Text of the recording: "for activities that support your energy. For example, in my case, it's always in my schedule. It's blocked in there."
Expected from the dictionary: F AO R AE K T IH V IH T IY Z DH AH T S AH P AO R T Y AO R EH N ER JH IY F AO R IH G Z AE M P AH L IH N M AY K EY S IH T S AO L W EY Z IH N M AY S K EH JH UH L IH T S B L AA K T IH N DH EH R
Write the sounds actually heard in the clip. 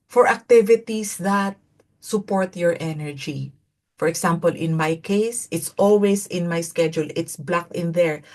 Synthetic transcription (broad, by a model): F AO R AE K T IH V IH T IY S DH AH T S AH P AO R T Y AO R EH N ER JH IY F AO R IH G S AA M P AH L IH N M AY K EY S IH T S AO L W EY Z IH N M AY S K EH JH UH L IH T S B L AA K T IH N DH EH R